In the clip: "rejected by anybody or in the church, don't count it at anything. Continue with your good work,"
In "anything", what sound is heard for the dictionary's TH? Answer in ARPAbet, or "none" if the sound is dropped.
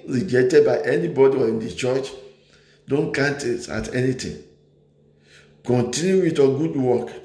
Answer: T